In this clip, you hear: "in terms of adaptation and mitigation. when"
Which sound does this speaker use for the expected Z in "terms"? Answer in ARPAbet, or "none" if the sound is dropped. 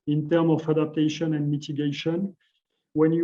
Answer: none